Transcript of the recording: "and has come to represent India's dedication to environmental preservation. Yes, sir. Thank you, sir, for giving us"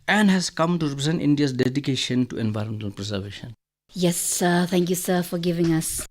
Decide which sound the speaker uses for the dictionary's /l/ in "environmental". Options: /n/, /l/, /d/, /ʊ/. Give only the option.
/n/